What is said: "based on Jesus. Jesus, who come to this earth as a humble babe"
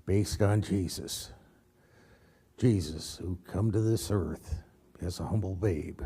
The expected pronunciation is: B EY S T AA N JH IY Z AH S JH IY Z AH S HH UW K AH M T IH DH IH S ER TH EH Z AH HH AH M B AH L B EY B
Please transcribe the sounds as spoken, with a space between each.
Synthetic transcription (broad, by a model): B EY S T N JH IY Z AH S JH IY Z AH S HH UW K AH M T IH DH IH S ER TH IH Z AH HH AH M B L B EY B